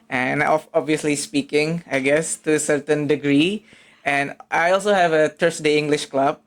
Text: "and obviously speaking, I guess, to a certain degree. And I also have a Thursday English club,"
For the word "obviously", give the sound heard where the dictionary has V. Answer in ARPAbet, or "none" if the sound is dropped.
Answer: V